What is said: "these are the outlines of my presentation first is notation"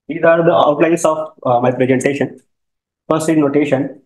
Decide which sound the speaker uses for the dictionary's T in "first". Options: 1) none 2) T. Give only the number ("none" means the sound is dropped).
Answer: 1